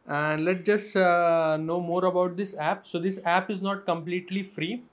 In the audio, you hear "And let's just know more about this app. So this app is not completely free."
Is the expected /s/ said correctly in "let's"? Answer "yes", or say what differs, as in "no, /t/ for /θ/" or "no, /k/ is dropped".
no, /s/ is dropped